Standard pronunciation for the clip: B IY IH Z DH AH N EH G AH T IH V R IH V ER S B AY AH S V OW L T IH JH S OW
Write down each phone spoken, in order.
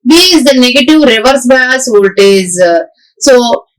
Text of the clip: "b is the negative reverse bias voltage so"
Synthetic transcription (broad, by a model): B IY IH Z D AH N EH G AH T IH V R IH V ER S B AY AH S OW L T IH Z S OW